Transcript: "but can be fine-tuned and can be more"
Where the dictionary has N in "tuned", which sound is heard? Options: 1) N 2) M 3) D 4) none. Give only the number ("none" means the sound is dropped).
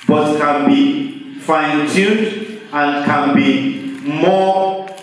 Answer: 4